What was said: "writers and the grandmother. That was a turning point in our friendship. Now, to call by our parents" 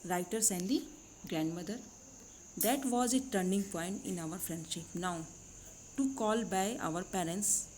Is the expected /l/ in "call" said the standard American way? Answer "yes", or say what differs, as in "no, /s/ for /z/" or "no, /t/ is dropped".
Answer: yes